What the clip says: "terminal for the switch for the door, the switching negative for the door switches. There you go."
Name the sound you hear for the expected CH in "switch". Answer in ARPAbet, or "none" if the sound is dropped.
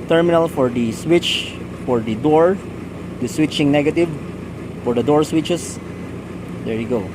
CH